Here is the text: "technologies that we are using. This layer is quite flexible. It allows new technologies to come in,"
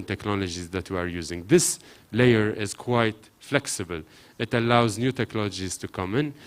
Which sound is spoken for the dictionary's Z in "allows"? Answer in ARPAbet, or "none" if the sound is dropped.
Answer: Z